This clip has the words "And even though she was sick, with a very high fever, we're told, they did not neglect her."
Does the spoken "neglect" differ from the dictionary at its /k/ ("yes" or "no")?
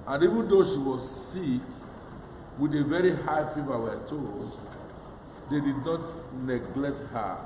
no